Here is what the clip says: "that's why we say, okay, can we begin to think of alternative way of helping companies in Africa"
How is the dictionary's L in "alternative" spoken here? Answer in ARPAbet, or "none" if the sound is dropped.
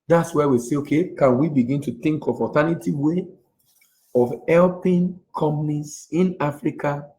none